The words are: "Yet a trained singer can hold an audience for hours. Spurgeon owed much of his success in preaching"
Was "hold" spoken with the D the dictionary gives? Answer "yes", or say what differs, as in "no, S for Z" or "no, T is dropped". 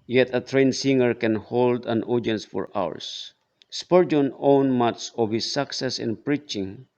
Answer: yes